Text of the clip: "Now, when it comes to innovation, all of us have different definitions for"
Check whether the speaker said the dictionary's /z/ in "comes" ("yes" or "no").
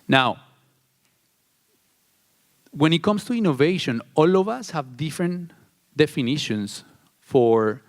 no